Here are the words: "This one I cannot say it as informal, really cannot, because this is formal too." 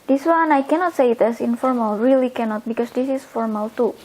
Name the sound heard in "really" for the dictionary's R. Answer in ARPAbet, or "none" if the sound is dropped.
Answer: R